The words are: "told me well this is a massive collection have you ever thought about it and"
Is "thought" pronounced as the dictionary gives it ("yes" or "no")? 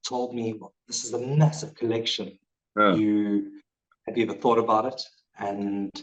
yes